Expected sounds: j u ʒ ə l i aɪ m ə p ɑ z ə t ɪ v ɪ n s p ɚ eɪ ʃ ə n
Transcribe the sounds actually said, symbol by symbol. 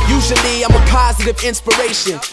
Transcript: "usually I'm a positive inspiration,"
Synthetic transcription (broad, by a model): j u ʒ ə l i aɪ m ə p ɑ z ə t ɪ v ɪ n s p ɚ eɪ ʃ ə n